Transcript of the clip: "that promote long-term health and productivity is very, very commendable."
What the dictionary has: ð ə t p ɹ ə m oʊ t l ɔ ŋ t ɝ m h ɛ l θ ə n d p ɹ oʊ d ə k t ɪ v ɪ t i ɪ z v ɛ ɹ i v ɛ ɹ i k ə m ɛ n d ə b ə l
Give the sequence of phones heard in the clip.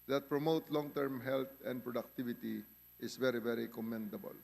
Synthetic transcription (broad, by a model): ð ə t p ɹ ə m oʊ t l ɔ ŋ t ɝ m h ɛ l t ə n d p ɹ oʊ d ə k t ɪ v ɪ t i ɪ s v ɛ ɹ i v ɛ ɹ i k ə m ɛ n d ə b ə l